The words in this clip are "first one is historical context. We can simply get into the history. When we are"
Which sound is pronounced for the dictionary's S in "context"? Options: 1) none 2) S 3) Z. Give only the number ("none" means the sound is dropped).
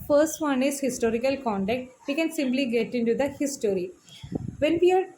1